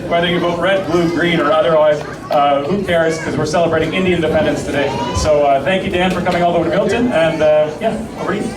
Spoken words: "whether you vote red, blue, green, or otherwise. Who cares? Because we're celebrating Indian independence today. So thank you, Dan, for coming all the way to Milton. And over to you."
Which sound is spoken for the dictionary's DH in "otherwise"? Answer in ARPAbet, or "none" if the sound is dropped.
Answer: DH